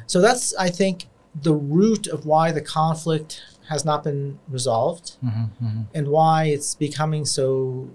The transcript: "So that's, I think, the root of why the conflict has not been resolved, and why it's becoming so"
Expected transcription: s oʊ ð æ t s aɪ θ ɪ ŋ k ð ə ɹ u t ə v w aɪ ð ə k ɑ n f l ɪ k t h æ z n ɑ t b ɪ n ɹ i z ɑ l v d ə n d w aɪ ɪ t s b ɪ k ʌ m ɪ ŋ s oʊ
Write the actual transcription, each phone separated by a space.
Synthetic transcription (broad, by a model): s oʊ ð æ t s aɪ θ ɪ ŋ k ð ə ɹ u t ə v w aɪ ð ə k ɑ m f l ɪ k t h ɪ z n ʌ t b ɪ n ɹ i z ɑ l v d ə n w aɪ ɪ t s b ɪ k ʌ m ɪ ŋ s oʊ